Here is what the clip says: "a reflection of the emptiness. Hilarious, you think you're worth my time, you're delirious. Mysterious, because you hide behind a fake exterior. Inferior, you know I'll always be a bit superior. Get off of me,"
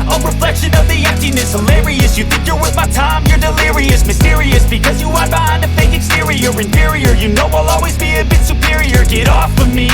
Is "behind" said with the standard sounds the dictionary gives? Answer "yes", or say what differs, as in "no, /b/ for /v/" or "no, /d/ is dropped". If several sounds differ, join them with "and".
no, /d/ is dropped